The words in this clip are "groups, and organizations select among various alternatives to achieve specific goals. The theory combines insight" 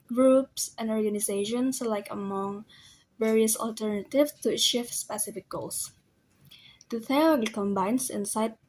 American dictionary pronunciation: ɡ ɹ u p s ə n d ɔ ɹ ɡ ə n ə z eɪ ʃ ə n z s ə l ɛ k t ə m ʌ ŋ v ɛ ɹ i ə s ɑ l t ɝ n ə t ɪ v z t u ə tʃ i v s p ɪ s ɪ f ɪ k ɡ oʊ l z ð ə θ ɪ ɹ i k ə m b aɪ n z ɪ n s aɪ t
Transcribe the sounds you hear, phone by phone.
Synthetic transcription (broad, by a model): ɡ ɹ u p s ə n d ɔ ɹ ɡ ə n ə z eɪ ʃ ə n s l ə ɪ k ə m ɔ ŋ v ɛ ɹ i ə s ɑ l t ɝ n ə t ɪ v s t u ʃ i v s p ɪ s ɪ f ɪ k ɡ oʊ l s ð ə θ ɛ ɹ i k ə m b aɪ n s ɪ n s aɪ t